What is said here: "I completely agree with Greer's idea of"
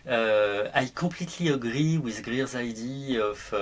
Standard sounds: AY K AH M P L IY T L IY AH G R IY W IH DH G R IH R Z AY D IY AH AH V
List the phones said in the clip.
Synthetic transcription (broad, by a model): AY K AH P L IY T L IY AH G R IY W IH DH G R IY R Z AY D IY AH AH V